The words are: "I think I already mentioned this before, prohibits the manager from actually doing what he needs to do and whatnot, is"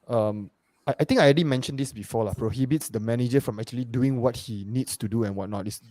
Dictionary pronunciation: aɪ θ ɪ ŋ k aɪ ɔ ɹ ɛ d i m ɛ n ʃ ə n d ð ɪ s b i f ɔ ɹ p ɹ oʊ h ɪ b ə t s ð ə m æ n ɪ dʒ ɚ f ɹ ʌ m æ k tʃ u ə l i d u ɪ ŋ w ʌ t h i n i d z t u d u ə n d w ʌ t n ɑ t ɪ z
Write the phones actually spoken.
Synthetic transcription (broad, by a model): aɪ t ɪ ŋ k aɪ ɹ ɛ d i m ɛ n ʃ ə n d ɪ s b i f ɔ l p ɹ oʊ h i b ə t s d ə m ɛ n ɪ dʒ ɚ f ɹ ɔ m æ k tʃ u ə l i d u ɪ ŋ w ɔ t h i n i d s t u d u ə n w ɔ t n ɑ t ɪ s